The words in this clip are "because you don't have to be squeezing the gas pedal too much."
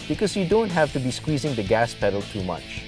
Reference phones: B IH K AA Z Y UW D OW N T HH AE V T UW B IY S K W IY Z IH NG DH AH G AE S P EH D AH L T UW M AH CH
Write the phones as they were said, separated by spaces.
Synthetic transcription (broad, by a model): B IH K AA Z Y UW D OW N T HH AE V T UW B IY S K W IY Z IH NG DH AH G AE S P EH D AH L T UW M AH CH